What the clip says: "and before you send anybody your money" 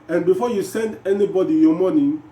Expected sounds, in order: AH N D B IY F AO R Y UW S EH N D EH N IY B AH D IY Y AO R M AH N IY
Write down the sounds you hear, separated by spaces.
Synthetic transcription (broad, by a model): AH N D B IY F AO Y UW S EH N D EH N IY B AH D IY Y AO M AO N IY